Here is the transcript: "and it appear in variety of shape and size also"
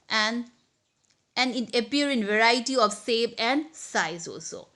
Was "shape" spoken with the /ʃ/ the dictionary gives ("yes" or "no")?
no